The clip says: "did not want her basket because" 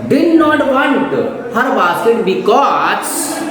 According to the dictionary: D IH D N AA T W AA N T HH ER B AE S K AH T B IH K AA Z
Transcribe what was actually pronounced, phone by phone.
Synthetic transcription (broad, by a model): D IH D N AA T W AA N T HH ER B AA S AH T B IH K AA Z